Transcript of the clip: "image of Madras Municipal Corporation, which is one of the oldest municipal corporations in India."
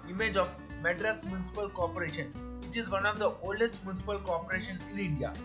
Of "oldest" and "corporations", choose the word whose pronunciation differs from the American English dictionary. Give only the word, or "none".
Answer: corporations